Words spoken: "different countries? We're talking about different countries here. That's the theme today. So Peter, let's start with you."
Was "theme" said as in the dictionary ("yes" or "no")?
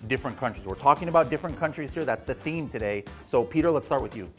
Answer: yes